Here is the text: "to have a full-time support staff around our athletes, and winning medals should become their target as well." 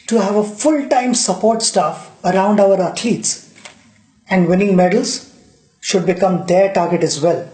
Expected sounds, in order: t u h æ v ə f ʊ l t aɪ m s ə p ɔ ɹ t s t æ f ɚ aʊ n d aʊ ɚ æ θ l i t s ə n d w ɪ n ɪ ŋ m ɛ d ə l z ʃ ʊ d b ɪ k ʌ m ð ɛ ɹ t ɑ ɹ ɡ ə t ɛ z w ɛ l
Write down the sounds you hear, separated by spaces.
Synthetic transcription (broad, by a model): t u h æ v ə f ʊ l t aɪ m s ə p ɔ ɹ t s t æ f ɚ aʊ n d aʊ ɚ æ t l i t s ə n d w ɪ n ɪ ŋ m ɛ d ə l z ʃ ʊ d b ɪ k ʌ m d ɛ ɹ t ɑ ɹ ɡ ə t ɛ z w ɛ l